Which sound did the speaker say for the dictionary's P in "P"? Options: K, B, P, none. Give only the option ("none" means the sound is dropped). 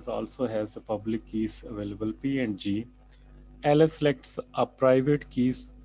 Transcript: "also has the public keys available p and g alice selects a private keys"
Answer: P